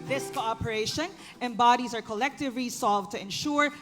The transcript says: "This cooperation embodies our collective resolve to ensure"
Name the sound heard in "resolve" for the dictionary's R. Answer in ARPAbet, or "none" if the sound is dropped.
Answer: L